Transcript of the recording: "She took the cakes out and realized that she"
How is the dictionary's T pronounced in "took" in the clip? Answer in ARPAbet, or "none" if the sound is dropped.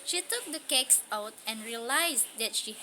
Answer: T